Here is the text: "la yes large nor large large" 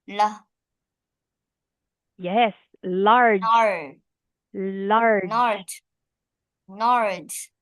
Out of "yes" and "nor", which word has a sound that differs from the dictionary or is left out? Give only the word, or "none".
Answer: nor